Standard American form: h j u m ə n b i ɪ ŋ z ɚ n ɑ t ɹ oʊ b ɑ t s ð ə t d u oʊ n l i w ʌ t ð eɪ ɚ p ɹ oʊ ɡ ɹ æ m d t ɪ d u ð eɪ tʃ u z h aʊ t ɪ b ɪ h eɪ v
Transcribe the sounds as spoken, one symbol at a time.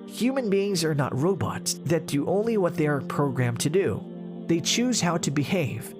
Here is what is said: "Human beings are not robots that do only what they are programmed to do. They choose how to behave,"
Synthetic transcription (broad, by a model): h j u m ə n b i ɪ ŋ z ɚ n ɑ t ɹ oʊ b ɑ t s ð ə t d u oʊ n l i w ʌ t ð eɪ ɚ p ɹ oʊ ɡ ɹ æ m t ɪ d u ð eɪ tʃ u z h aʊ t ɪ b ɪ h eɪ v